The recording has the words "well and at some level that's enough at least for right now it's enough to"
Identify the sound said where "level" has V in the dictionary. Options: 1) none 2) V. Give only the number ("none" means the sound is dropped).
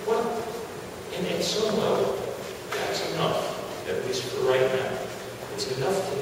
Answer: 1